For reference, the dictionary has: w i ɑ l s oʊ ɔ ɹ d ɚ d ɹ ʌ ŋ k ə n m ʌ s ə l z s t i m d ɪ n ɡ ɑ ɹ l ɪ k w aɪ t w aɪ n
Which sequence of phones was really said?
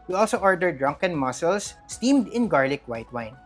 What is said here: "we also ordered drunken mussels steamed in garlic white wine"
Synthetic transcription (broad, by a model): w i ɑ l s oʊ ɔ ɹ d ɚ d ɹ ʌ ŋ k ə n m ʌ s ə l s t i m d ɪ n ɡ ɑ ɹ l ɪ k w aɪ t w aɪ n